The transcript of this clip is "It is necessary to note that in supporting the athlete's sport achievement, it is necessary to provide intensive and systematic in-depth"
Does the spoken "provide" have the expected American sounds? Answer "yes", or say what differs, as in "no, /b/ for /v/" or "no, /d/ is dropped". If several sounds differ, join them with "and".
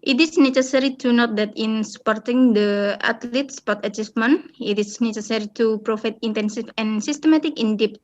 no, /f/ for /v/